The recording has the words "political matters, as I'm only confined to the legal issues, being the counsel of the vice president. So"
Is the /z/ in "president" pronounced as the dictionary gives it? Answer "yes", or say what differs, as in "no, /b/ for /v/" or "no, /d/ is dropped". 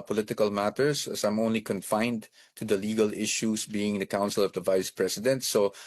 no, /s/ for /z/